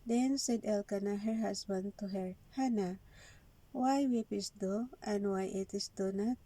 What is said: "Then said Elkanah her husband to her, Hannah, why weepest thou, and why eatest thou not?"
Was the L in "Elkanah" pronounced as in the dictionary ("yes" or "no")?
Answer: yes